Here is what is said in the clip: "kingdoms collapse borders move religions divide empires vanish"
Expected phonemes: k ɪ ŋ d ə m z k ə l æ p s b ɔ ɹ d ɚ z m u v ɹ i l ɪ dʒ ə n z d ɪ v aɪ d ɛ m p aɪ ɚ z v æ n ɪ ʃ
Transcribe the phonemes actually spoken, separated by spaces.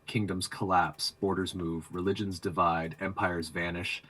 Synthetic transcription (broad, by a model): k ɪ ŋ d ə m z k ə l æ p s b ɔ ɹ d ɚ z m u v ɹ i l ɪ dʒ ə n z d ɪ v aɪ d ɛ m p aɪ ɚ z v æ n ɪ ʃ